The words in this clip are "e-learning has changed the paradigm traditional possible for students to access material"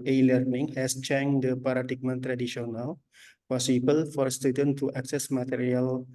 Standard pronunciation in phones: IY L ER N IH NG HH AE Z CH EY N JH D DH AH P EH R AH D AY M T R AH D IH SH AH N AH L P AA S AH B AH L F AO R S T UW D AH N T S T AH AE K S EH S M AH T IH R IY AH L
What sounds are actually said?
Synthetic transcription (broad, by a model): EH L ER N IH NG HH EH S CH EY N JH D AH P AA R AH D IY M T R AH D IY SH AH N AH L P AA S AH B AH L F AO R S T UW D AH N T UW T AH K S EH S M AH T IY R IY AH L